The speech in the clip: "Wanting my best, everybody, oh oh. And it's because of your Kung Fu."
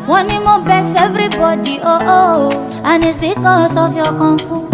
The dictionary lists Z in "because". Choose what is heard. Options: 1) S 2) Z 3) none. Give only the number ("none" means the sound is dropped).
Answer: 1